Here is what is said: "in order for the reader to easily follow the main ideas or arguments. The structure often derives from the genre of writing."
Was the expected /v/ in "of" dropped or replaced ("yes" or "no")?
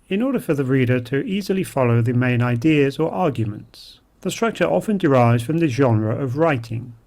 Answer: no